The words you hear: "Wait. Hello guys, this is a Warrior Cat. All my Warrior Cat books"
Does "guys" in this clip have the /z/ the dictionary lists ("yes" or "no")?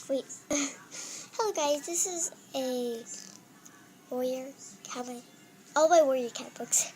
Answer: yes